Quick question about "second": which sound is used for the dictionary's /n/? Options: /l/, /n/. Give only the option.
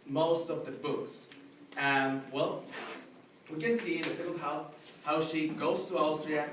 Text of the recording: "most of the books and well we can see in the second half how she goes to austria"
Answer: /l/